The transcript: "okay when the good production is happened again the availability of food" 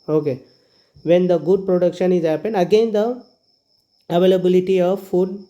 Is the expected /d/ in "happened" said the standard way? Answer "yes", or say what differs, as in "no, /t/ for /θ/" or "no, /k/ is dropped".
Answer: no, /d/ is dropped